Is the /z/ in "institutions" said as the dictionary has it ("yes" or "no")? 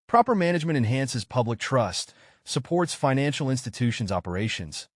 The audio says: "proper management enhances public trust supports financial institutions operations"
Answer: yes